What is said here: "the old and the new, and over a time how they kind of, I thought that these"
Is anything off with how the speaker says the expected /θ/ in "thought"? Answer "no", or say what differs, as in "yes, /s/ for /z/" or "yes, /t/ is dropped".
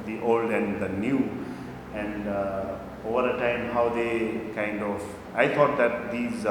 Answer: yes, /t/ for /θ/